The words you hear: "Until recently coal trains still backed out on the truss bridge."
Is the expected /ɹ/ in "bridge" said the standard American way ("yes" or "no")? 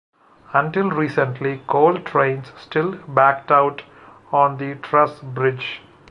yes